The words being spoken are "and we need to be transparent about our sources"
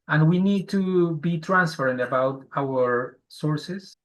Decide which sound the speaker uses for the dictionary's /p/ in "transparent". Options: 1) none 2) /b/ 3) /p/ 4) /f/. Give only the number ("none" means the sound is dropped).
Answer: 4